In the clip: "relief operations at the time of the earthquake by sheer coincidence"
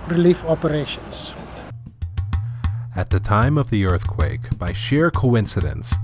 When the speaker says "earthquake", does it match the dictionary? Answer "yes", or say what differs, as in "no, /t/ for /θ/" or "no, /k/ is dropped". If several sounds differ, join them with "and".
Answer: yes